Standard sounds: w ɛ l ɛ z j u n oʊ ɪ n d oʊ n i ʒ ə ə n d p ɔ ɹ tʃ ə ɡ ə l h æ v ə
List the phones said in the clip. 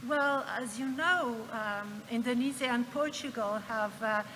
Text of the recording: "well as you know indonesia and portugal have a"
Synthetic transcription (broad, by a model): w ɛ l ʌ z j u n oʊ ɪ n d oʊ n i z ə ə n p ɔ ɹ tʃ ə ɡ ə l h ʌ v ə